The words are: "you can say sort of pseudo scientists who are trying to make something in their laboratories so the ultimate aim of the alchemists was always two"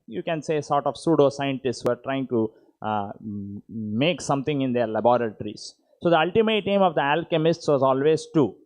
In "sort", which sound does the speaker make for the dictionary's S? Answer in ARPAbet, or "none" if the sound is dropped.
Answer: S